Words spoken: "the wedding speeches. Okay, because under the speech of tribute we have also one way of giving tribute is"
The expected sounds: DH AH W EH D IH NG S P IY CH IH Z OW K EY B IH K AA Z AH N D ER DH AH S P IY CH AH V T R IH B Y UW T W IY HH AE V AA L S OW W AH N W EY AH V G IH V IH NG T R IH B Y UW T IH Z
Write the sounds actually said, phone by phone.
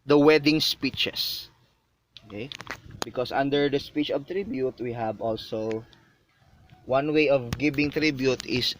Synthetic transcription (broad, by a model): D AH W EH D IH NG S P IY CH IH S OW K EY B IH K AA S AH N D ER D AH S P IY CH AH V T R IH B Y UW T W IY HH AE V AA L S OW W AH N W EY AH V G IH B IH NG T R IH B Y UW T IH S